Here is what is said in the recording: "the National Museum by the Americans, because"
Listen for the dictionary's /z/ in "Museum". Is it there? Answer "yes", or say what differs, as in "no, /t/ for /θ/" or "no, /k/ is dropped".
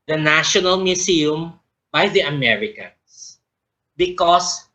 no, /s/ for /z/